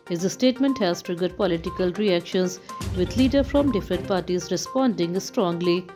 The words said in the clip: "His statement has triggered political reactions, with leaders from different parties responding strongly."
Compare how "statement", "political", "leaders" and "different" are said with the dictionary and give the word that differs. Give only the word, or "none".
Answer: leaders